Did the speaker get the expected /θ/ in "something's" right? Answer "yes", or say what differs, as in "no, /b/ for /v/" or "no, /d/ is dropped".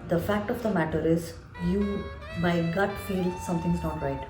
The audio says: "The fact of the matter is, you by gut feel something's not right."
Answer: no, /t/ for /θ/